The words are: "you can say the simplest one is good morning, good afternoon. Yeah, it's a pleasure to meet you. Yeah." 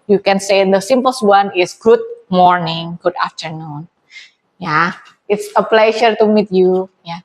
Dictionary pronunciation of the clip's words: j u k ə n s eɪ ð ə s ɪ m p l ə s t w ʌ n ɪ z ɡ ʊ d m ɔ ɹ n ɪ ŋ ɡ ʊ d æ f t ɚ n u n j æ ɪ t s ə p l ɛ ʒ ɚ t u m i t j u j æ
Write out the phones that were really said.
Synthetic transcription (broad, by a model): j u k ə n s eɪ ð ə s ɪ m p ə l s w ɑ n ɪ s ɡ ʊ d m ɔ ɹ n ɪ ŋ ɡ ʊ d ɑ f t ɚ n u n j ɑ ɪ t s ə p l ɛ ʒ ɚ t u m i t j u j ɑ